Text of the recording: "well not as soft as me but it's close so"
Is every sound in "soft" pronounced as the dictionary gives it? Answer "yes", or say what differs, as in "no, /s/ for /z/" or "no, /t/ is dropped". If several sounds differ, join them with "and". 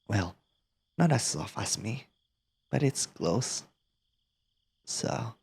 no, /t/ is dropped